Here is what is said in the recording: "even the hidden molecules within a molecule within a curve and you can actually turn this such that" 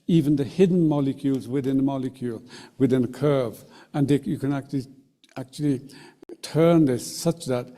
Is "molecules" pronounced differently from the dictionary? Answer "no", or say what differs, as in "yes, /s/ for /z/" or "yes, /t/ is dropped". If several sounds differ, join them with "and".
no